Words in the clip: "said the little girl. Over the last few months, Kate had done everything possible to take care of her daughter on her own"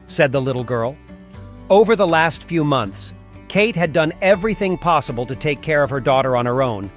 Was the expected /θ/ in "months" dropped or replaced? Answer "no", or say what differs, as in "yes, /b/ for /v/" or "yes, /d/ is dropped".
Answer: no